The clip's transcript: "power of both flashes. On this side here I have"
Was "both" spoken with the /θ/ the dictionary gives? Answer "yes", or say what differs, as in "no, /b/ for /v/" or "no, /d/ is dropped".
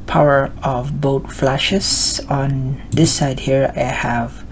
no, /t/ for /θ/